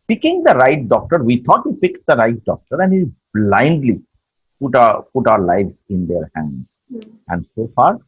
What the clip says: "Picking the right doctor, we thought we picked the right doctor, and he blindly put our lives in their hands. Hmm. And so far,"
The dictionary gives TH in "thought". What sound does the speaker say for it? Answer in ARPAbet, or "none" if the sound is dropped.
T